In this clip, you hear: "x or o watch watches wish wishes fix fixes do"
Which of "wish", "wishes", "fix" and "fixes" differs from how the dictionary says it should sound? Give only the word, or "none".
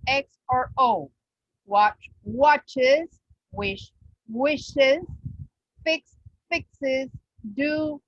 none